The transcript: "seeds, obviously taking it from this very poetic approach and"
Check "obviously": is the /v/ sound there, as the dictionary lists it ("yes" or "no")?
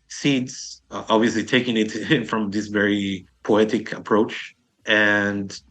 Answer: yes